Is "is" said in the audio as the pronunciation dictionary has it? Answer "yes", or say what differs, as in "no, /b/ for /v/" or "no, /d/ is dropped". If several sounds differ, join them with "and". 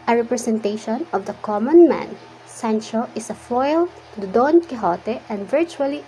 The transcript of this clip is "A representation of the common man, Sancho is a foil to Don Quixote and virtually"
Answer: no, /s/ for /z/